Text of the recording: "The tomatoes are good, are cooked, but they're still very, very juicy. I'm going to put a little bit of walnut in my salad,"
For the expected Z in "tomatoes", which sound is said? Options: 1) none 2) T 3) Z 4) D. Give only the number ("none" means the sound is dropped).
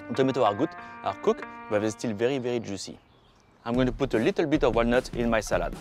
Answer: 1